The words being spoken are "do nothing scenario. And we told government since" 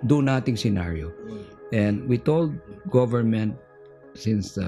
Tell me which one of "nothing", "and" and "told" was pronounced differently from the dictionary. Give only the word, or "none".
nothing